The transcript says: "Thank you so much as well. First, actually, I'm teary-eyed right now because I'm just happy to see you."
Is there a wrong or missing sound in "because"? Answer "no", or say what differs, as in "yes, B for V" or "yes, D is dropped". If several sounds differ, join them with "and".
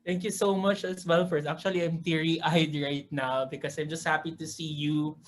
yes, S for Z